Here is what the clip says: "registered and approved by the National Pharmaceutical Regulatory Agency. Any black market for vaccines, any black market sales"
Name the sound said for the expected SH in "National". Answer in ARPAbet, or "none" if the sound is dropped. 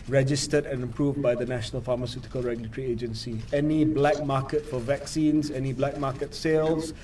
SH